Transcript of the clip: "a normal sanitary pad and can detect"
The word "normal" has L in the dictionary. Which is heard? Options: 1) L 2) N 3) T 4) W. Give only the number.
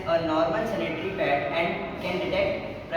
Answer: 2